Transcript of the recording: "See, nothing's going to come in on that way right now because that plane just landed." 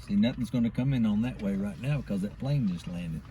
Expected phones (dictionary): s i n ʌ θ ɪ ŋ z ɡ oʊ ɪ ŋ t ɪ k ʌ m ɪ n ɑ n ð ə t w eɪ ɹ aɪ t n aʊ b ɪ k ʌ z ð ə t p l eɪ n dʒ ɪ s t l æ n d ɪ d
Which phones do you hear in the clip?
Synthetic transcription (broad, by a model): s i n ʌ θ ɪ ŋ z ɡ oʊ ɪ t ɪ k ʌ m ɪ n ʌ n ð ə t w eɪ ɹ aɪ t n aʊ b ɪ k ʌ z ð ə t b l eɪ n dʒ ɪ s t l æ n d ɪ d